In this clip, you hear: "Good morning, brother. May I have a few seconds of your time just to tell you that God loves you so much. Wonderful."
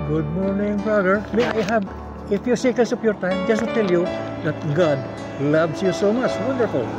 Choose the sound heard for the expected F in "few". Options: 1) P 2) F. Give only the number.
2